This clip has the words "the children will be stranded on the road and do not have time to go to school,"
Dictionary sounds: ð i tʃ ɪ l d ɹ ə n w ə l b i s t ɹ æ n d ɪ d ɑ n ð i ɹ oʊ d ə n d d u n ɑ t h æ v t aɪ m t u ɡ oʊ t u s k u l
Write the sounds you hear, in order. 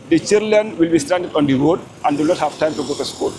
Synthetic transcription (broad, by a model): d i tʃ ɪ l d l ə n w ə l b i s t æ n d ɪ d ɑ n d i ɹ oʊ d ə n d d u n ɑ t h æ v t aɪ m t u ɡ oʊ t u s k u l